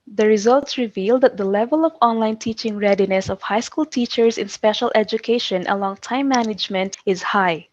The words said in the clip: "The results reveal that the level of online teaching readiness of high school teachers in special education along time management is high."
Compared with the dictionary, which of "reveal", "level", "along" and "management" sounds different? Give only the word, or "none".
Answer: none